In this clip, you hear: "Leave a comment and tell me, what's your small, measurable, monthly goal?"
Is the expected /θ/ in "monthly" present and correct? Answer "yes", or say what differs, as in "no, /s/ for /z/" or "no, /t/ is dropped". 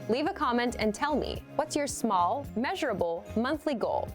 yes